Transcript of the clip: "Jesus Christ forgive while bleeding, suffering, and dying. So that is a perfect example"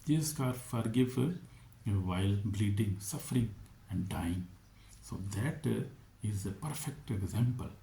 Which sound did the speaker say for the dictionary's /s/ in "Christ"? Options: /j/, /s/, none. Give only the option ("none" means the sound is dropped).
none